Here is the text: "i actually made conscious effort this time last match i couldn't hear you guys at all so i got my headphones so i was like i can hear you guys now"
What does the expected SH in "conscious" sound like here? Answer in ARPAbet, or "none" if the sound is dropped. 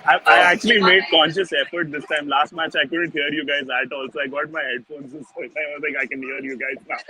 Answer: SH